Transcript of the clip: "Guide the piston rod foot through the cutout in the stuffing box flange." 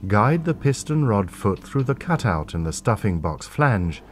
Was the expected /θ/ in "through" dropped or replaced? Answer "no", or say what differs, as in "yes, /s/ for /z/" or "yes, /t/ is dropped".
no